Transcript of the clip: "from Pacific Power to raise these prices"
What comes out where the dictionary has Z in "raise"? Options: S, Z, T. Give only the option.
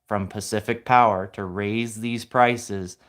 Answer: Z